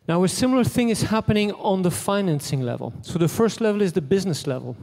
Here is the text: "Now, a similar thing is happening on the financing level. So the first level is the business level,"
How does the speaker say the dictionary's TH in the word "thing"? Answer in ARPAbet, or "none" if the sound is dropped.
TH